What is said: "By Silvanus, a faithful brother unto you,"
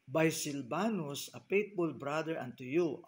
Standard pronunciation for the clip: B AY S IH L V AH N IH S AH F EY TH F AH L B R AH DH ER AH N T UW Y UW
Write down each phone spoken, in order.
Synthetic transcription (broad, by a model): B AY S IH L B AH N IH S AH P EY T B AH L B R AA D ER AH N T UW Y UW